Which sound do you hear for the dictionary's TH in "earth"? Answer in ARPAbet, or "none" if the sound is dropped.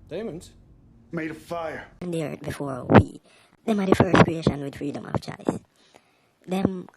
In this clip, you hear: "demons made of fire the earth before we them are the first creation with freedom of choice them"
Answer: T